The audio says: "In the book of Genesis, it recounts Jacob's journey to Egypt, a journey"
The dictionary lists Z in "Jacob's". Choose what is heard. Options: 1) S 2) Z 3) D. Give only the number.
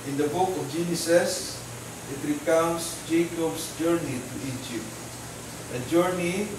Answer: 1